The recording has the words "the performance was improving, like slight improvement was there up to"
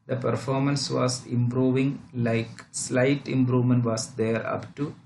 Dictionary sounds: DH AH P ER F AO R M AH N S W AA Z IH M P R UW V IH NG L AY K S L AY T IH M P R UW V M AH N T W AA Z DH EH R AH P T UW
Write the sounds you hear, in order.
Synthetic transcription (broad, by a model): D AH P ER F AO R M AH N S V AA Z IH M P R UW V IH NG L AY K S L AY T IH M P R UW V M AH N T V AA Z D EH R AH P T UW